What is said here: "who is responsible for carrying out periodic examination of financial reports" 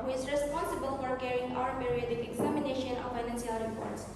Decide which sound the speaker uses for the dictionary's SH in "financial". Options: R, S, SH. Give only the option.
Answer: S